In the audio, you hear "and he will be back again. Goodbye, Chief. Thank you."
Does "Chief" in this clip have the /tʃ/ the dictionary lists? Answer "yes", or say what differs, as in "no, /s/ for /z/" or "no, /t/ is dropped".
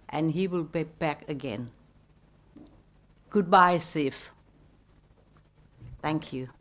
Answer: no, /s/ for /tʃ/